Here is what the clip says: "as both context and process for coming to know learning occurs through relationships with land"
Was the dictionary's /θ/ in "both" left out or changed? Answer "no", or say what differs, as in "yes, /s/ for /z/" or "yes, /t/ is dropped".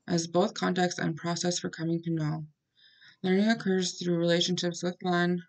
no